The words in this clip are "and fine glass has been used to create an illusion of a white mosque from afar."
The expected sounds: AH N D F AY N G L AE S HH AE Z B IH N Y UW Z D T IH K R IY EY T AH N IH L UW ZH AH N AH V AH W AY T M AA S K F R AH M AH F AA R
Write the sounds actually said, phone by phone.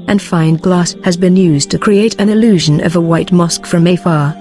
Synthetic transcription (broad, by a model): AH N F AY N G L AE S HH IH Z B IH N Y UW Z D T IH K R IY EY T AH N IH L UW ZH AH N AH V AH W AY T M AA S K F R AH M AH F AA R